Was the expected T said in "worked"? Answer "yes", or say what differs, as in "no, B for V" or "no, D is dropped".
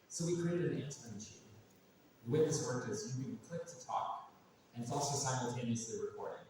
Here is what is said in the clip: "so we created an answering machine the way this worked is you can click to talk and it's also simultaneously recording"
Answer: no, T is dropped